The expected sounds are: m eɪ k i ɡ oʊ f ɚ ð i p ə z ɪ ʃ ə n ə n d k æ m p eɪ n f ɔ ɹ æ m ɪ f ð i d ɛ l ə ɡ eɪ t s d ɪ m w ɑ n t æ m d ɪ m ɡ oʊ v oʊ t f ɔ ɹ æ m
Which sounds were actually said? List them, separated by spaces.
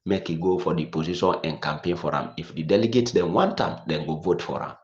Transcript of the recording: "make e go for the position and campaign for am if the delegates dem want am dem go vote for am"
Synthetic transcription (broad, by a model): m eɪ k i ɡ oʊ f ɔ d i p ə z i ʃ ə n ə n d k æ m p eɪ n f ɔ ɹ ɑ m ɪ f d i d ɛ l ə ɡ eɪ t d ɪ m w ɑ n t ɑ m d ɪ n ɡ oʊ v oʊ t f ɔ ɹ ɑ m